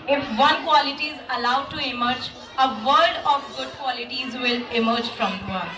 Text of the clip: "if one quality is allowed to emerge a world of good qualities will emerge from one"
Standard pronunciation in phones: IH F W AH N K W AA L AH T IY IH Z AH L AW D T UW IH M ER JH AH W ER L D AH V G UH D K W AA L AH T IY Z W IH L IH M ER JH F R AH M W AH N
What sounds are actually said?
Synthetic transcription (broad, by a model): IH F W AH N K W AA L AH T IY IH Z AH L AW D T UW IH M ER JH AH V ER D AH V G UH D K W AA L AH T IY Z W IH L IH M ER JH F R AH M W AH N